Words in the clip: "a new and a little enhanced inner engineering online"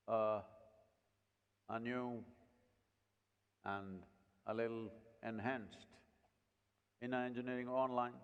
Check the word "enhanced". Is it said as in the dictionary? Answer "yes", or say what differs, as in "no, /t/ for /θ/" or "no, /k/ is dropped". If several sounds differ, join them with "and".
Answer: yes